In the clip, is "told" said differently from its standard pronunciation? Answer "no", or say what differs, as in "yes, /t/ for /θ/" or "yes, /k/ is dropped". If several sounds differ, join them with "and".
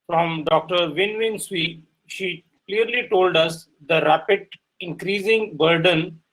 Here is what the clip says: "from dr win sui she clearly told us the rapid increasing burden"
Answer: no